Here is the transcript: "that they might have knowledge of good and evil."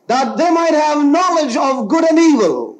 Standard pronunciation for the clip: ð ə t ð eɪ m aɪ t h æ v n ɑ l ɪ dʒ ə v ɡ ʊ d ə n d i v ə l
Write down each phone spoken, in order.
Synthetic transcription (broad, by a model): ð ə t ð eɪ m aɪ t h æ v n ɑ l ɪ dʒ ə v ɡ ʊ d ə n d i v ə l